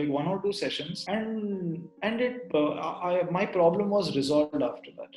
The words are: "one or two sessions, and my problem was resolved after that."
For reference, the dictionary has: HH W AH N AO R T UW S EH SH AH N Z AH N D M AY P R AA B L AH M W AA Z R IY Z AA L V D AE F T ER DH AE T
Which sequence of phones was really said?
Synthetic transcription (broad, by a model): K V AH N AO R T UW S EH SH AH N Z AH N D M AY P R AA B L AH M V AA Z R IY Z AA L V D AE F T ER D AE T